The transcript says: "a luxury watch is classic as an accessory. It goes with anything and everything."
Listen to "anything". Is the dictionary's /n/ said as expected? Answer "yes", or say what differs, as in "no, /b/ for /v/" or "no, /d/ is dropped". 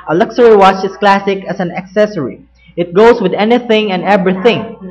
yes